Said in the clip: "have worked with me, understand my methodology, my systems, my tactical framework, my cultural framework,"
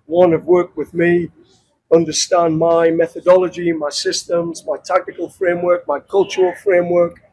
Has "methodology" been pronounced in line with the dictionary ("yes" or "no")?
yes